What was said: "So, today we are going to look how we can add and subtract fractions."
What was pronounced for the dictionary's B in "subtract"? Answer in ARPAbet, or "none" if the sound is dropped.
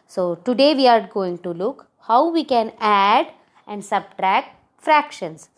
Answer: B